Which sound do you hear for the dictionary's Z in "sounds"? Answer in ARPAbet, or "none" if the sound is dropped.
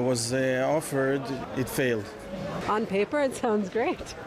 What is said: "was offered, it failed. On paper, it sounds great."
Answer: Z